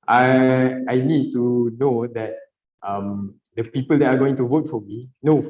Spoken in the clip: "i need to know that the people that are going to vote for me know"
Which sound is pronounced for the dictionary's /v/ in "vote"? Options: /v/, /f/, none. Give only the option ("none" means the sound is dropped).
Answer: /v/